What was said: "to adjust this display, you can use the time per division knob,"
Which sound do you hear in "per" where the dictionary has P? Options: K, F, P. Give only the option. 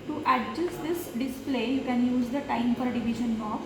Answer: F